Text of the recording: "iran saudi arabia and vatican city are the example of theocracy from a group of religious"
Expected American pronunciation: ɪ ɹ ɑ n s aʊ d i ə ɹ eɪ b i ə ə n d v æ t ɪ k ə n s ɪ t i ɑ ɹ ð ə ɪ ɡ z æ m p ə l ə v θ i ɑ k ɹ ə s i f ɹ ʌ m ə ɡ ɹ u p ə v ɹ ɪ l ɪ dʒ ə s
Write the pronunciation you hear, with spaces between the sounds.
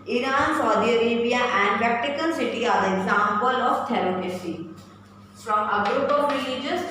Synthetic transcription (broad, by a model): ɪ ɹ ɑ n s aʊ d i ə ɹ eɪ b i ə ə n d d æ t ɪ k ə l s ɪ t i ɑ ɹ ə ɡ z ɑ m p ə l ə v t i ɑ ɹ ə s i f ɹ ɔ m ə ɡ ɹ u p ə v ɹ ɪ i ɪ dʒ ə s